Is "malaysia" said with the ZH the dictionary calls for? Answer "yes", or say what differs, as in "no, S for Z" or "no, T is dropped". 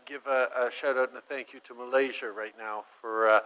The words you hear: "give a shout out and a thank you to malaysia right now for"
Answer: yes